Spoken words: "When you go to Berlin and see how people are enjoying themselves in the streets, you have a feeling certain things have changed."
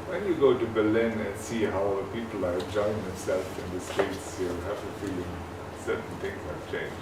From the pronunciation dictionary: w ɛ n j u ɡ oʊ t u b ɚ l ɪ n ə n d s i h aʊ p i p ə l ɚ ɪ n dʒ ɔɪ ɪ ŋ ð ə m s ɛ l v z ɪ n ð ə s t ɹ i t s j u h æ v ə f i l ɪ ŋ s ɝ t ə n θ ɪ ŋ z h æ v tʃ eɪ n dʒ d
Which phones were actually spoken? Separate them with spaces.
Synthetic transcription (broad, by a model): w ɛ n j u ɡ oʊ t u b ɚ l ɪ n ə n s i h aʊ p i p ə l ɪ dʒ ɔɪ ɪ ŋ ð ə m s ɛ l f ɪ n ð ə s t ɛ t s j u h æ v ə f i l ɪ ŋ s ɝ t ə n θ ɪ ŋ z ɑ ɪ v tʃ eɪ n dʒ